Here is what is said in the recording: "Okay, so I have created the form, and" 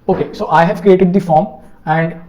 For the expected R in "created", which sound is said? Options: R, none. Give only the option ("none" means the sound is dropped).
R